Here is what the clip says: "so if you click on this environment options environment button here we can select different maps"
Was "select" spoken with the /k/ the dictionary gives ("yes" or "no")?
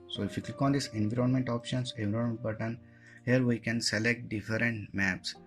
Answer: yes